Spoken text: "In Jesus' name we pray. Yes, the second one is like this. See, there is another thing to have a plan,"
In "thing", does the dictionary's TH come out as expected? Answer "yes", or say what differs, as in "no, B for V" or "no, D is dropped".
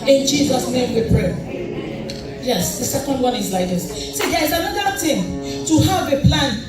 no, T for TH